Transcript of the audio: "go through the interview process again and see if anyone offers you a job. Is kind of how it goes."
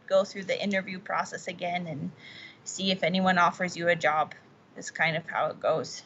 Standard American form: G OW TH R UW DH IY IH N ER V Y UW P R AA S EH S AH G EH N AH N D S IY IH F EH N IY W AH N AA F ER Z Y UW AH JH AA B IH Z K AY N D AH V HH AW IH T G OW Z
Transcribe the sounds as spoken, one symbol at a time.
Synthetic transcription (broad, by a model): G OW TH R UW DH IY IH N ER V Y UW P R AA S EH S AH G EH N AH N S IY IH F EH N IY W AH N AA F ER Z Y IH AH JH AA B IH S K AY N D AH V HH AW IH T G OW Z